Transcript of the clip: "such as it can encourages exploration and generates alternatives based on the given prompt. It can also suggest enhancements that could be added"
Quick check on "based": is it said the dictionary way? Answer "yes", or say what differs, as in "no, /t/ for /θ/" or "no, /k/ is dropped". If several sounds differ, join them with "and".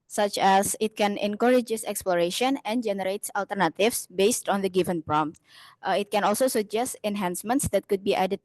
yes